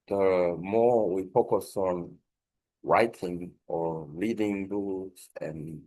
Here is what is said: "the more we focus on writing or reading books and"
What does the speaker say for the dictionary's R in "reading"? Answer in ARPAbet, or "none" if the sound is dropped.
L